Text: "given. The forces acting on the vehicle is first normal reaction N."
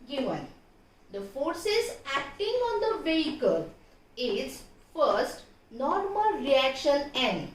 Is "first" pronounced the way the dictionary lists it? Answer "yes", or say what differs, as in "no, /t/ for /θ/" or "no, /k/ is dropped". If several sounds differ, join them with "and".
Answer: yes